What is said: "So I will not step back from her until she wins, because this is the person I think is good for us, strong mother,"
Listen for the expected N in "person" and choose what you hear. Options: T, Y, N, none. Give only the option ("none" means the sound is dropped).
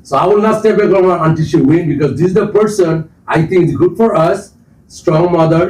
N